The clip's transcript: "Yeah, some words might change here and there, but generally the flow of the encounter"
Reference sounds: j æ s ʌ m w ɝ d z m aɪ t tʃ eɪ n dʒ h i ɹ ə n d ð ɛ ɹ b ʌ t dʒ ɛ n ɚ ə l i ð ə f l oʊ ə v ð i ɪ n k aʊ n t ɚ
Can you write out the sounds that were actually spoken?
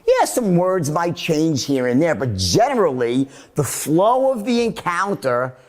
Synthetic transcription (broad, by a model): j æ s ʌ m w ɝ d z m aɪ t tʃ eɪ n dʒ h i ɹ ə n ð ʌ ɹ b ʌ t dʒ ɛ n ɚ l i ð ə f l oʊ ə v ð i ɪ n k aʊ n t ɚ